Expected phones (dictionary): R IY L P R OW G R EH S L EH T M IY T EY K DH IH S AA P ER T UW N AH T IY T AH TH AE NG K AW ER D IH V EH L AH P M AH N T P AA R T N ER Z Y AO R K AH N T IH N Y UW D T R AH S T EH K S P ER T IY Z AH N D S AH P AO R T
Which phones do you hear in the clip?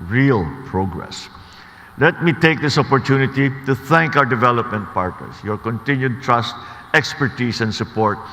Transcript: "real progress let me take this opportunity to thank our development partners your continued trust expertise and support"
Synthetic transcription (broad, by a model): R IY L P R OW G R EH S L EH T M IY T EY K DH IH S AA P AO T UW N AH T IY T AH TH AE NG K AW ER D IH V EH L AH P M AH N T P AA R T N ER S Y AO R K AH N T IH N Y UW D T R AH S T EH K S P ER T IY S AH N D S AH P AO R T